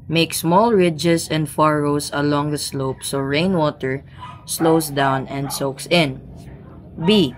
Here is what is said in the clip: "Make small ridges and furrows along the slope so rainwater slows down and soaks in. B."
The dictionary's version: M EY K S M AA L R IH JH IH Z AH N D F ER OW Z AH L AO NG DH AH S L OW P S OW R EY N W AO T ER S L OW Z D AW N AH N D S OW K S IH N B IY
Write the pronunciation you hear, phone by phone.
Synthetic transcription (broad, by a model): M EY K S M AA L R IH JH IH S AH N D F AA OW S AH L AO NG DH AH S L OW P S OW R EY N W AO T ER S L OW S D AW N AH N D S OW K S IH N B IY